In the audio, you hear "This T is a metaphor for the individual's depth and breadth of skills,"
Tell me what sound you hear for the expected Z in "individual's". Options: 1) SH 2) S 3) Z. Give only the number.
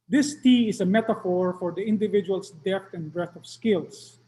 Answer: 2